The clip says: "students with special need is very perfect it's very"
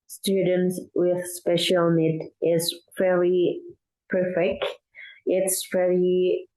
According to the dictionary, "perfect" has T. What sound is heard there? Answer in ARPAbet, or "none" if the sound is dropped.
T